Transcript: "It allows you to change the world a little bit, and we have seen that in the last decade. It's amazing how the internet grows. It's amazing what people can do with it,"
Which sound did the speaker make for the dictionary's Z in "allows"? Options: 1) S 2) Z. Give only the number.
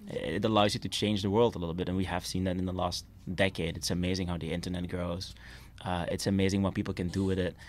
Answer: 2